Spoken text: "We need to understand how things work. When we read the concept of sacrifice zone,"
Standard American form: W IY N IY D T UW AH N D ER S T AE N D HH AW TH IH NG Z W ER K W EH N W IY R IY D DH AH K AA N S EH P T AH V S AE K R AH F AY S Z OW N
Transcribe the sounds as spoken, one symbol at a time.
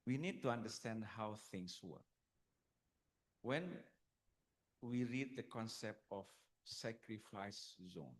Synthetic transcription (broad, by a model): W IY N IY D T UW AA N D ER S T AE N D HH AW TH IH NG S W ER K W EH N W IY R IY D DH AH K AA N S EH P T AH F S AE K R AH F AY S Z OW N